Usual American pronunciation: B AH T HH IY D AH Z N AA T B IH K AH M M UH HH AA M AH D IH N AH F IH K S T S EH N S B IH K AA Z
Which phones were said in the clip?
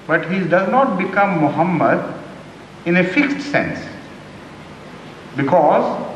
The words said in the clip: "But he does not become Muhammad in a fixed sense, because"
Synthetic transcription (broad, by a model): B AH T HH IY D AH Z N AA T B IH K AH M M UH HH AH M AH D IH N AH F IH K S T S EH N S B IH K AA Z